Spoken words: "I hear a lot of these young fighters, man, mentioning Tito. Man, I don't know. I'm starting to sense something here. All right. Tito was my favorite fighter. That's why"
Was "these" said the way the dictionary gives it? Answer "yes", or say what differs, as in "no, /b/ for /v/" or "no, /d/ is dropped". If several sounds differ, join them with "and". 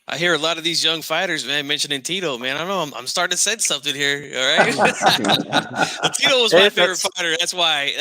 yes